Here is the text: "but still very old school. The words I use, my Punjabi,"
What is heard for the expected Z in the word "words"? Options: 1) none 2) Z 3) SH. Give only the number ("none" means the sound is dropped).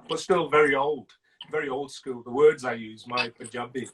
2